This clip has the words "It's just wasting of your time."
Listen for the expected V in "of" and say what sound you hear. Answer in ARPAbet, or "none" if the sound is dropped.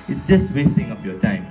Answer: P